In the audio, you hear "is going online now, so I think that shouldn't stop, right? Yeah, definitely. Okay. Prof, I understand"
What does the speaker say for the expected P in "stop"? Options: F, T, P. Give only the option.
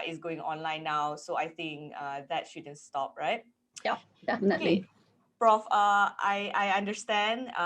P